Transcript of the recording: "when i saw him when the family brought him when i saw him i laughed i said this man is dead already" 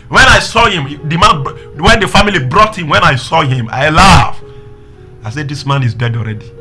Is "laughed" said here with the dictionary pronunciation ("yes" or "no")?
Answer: no